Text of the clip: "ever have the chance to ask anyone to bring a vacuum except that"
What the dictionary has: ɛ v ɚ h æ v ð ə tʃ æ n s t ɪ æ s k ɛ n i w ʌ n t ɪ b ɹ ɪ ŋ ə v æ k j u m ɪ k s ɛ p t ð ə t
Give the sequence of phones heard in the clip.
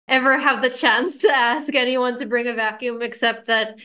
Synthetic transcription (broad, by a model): ɛ v ɚ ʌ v ð ə tʃ æ n s t ɪ æ s k ɛ n i w ʌ n t ɪ b ɹ ɪ ŋ ə v æ k j u m ɪ k s ɛ p t ð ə t